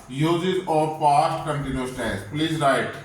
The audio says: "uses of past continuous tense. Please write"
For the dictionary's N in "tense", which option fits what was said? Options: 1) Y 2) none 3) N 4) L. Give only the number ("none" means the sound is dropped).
2